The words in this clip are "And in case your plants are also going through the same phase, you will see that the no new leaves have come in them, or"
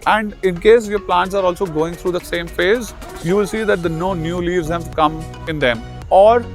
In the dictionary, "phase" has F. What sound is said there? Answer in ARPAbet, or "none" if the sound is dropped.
F